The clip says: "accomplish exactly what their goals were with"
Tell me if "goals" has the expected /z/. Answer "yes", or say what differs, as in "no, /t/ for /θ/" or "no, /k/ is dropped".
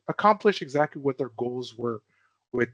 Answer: yes